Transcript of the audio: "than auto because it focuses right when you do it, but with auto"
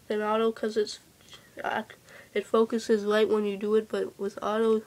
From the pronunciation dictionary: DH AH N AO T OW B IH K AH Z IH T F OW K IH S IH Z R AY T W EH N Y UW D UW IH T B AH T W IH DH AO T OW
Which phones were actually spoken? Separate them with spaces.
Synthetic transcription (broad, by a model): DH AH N AO T OW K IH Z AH S IH T F OW K IH S IH Z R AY T W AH N Y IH D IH IH T B AH T W IH DH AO T OW